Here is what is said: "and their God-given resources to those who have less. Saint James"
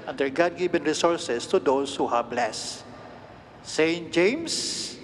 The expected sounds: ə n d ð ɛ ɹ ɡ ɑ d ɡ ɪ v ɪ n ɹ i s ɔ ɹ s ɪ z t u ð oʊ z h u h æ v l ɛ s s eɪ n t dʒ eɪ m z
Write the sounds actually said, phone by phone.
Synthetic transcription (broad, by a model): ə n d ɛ ɹ ɡ ɑ d ɡ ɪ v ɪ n ɹ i s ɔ ɹ s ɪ s t u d oʊ s h u h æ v l ɛ s s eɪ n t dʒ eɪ m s